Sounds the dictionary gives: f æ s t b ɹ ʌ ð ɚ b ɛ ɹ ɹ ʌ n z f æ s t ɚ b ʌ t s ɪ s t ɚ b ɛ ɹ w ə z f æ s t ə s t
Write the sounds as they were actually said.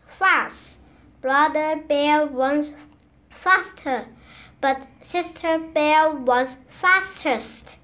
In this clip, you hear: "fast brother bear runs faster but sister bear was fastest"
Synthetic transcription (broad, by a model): f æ s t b ɹ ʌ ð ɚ b ɛ ɹ w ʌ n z f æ s t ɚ b ʌ t s ɪ s t ɚ b ɛ ɹ w ə z f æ s t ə s t